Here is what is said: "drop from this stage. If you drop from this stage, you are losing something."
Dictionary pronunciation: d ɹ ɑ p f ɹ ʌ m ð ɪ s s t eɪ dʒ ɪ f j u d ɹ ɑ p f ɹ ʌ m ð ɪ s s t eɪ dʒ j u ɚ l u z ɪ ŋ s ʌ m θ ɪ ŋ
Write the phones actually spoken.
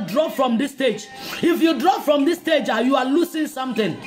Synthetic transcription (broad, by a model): d ɹ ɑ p f ɹ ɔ m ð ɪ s s t eɪ dʒ ɪ f j u d ɹ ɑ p f ɹ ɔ m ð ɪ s s t eɪ dʒ j u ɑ l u s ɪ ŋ s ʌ m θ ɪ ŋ